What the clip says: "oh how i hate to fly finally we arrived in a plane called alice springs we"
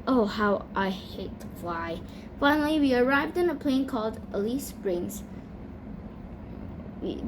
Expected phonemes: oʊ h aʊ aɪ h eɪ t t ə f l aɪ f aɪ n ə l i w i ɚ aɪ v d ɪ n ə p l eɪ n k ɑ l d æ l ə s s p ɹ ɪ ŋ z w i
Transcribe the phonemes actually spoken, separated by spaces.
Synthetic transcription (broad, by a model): oʊ h aʊ aɪ h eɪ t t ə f aɪ f aɪ n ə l i w i ɚ aɪ v d ɪ n ə p l eɪ n k ɑ l d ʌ l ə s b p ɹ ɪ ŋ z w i